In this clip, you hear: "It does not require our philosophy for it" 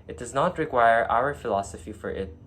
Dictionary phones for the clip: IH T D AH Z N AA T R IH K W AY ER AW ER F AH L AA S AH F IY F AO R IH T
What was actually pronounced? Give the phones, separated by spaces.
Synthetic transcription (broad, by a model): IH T D AH Z N AA T R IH K W AY ER AW ER F AH L AA S AH F IY F AO R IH T